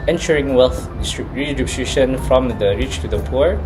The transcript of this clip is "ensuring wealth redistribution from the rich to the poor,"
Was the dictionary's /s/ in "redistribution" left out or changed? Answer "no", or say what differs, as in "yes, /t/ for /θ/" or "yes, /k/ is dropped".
yes, /s/ is dropped